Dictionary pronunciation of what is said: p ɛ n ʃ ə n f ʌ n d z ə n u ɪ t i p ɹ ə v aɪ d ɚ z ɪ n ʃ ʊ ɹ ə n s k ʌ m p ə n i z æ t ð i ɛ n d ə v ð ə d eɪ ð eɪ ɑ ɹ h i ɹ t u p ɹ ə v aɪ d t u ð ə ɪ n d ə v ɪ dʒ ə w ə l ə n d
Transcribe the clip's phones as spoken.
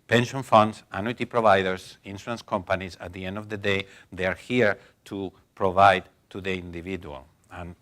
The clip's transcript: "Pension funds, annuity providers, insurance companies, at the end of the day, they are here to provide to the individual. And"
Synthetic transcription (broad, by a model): p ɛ n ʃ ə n f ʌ n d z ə n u t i p ɹ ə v aɪ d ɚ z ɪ n s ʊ ə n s k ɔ m p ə n i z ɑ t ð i ɛ n d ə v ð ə d eɪ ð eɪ ɑ ɹ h i ɹ t u p ɹ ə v aɪ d t u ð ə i n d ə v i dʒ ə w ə l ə n